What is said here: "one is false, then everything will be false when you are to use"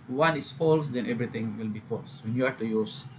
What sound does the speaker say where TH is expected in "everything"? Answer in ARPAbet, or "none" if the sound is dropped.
T